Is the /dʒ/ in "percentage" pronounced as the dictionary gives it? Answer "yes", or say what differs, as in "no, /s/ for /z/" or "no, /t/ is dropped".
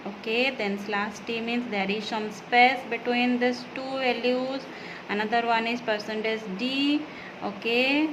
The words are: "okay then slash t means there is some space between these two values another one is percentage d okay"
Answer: no, /z/ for /dʒ/